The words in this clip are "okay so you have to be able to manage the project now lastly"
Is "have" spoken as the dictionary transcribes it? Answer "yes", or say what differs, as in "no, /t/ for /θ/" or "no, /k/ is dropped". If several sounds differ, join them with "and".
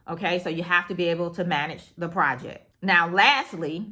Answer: no, /f/ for /v/